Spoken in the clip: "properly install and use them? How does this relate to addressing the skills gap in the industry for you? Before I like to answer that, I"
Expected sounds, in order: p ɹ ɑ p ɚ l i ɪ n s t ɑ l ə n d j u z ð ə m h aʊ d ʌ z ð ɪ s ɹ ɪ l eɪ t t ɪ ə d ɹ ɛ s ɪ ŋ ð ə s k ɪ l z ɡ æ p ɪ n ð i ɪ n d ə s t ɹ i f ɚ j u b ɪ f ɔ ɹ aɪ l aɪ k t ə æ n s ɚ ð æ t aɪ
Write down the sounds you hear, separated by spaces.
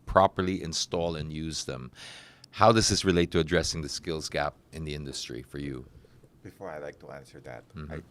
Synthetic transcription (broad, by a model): p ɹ ɑ p ɚ l i ɪ n s t ɑ l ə n j u z ð ə m h aʊ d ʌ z ð ɪ s ɹ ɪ l eɪ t t ɪ ə d ɹ ɛ s ɪ ŋ ð ə s k ɪ l z ɡ æ p ɪ n ð i ɪ n d ə s t ɹ i f ɚ j u b ɪ f ɔ ɹ aɪ l aɪ k t ə æ n s ɚ ð æ t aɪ